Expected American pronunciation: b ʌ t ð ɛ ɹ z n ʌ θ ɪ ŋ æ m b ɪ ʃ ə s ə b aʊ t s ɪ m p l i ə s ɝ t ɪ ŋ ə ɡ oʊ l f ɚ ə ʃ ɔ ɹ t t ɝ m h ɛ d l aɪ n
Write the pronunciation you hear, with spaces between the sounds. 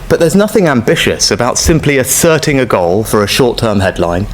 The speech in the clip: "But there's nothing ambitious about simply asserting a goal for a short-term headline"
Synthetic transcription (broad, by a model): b ʌ t ð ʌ z n ʌ θ ɪ ŋ æ m b ɪ ʃ ə s ə b aʊ t s ɪ m p l i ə s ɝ t ɪ ŋ ə ɡ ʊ l f ɚ ə ʃ ɔ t t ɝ m h ɛ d l aɪ n